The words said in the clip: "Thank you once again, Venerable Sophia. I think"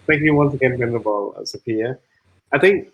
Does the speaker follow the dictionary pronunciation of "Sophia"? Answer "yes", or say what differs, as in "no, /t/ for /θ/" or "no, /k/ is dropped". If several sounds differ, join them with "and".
no, /p/ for /f/